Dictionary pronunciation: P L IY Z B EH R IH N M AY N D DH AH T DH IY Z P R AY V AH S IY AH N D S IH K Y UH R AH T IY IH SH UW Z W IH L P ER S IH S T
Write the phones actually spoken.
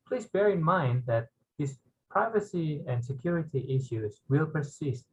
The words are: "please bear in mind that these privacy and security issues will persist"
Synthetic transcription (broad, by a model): P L IY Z B EH R IH N M AY N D DH AH T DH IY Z P R AY V AH S IY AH N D S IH K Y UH R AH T IY IH SH UW Z W IH L P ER S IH S T